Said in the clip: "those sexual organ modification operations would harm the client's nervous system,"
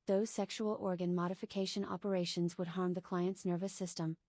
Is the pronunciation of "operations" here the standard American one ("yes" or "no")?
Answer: yes